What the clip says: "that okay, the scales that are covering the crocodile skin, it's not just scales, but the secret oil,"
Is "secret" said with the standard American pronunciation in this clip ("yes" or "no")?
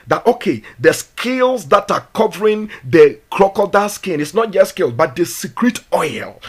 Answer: yes